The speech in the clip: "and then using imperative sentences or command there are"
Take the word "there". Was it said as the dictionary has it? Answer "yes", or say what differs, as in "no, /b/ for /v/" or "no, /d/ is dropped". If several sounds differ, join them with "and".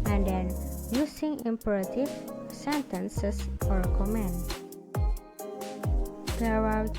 no, /w/ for /ɹ/